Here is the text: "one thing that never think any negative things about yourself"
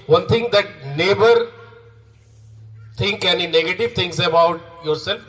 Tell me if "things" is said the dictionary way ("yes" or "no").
no